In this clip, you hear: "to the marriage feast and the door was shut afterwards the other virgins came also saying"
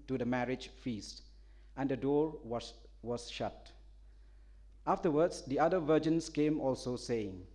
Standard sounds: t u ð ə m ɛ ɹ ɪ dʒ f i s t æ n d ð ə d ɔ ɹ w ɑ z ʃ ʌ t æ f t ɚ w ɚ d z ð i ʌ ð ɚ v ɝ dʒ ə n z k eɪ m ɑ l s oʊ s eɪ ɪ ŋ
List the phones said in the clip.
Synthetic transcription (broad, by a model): t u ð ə m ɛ ɹ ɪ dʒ f i s t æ n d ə d ɔ ɹ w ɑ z ʃ ʌ t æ f t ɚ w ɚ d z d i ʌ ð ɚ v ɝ dʒ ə n s k eɪ m ɑ l s oʊ s eɪ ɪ ŋ